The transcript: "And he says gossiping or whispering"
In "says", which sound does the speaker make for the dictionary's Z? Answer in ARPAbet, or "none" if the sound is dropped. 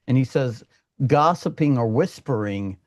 Z